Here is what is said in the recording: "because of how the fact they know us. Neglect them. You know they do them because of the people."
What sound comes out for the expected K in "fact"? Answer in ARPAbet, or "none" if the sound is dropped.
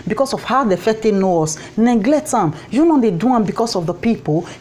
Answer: none